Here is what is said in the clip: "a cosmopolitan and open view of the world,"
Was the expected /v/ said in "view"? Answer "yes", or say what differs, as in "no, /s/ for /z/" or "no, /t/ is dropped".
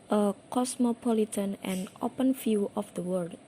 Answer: no, /f/ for /v/